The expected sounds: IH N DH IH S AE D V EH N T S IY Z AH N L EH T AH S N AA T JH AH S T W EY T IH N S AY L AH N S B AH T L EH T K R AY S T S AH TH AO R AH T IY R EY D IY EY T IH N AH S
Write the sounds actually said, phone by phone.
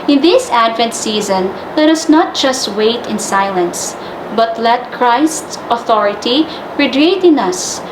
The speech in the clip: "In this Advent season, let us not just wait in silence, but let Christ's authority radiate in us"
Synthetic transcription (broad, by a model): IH N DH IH S AE D V EH N T S IY Z AH N L EH T AH S N AA T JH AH S T W EY T IH N S AY L AH N S B AH T L EH T K R AY S T S AH TH AO R AH T IY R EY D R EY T IH N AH S